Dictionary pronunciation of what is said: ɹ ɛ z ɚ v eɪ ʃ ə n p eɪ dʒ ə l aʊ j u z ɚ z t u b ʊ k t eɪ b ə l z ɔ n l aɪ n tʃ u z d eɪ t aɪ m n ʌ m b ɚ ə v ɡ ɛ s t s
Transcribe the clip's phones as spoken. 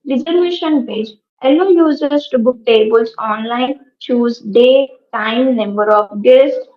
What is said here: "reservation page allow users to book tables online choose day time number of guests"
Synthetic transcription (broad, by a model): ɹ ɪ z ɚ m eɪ ʃ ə n p eɪ dʒ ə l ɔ j u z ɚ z t u b ʊ k t eɪ b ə l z ɔ n l aɪ n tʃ u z d eɪ t aɪ m n ʌ m b ɚ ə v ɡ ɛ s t